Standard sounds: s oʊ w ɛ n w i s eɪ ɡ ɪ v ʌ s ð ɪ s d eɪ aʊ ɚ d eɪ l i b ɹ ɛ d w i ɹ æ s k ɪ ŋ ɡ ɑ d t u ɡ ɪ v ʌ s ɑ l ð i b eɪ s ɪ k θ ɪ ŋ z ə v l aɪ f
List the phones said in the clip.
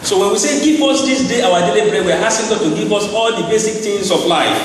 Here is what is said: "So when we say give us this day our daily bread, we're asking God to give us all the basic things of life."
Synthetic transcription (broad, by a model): s oʊ w ɛ n w i s eɪ ɡ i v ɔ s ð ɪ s d eɪ aʊ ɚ d eɪ l i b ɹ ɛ w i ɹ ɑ s k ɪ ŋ ɡ ɑ d t u ɡ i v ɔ s ɑ l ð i b eɪ s ɪ k t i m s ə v l aɪ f